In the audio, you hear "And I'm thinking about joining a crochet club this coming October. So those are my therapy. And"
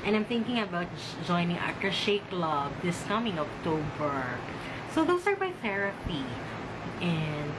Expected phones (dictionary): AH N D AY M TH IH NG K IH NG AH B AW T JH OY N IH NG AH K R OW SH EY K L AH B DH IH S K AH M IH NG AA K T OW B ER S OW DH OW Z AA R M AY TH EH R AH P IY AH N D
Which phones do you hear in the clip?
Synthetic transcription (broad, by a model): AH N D AY M TH IH NG K IH NG AH B AW T JH OY N IH NG AH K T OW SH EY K L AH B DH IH S K AH M IH NG AA K T OW B ER S OW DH OW S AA R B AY TH EH R AH P IY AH N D